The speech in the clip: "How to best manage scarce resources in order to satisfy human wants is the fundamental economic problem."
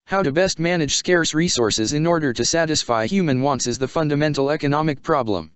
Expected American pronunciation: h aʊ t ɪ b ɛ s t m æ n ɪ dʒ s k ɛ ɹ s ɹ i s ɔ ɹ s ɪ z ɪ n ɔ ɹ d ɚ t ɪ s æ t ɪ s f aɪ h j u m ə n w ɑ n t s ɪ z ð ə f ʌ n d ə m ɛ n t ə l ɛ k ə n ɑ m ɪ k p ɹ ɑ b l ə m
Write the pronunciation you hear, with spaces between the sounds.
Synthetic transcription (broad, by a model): h aʊ t ɪ b ɛ s t m æ n ɪ dʒ s k ɛ ɹ s ɹ i s ɔ ɹ s ɪ z ɪ n ɔ ɹ d ɚ t ɪ s æ t ɪ s f aɪ h j u m ə n w ɑ n t s ɪ z ð ə f ʌ n d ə m ɛ n t l ɛ k ə n ɑ m ɪ k p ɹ ɑ b l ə m